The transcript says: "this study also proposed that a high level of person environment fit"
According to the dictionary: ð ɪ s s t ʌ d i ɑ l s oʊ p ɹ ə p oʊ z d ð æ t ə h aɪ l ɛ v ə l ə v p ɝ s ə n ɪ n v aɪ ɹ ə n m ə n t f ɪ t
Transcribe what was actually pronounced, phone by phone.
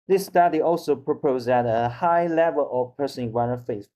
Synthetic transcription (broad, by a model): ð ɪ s s t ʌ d i ɑ l s oʊ p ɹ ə p oʊ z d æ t ə h aɪ l ɛ v ə l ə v p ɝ s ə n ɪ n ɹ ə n ə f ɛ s